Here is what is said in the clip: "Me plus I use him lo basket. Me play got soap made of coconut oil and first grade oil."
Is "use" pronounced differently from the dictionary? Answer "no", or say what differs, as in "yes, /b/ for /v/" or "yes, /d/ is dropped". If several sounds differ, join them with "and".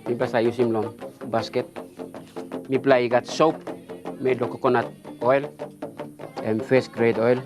no